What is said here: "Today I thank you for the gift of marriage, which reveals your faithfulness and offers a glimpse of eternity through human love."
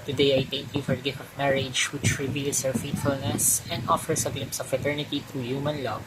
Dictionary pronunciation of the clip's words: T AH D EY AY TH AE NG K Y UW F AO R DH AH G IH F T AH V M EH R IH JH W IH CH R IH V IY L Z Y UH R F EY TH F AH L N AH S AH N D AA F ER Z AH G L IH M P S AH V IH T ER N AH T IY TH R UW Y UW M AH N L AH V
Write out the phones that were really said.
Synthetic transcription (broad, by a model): T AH D EY AY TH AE NG K Y UW F AO R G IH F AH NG M EH R IH JH W IH CH R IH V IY L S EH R F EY T F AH L N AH S AH N D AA F ER S AH G L IH M P S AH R IH T ER N AH T IY T R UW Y UW M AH N L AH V